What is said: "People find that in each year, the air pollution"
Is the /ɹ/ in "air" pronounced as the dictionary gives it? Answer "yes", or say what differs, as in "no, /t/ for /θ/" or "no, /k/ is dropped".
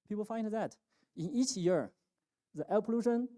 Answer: no, /l/ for /ɹ/